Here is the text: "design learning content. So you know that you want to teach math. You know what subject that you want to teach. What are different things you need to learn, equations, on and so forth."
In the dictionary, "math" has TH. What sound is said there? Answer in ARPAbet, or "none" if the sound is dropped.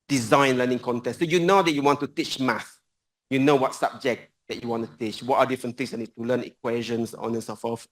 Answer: S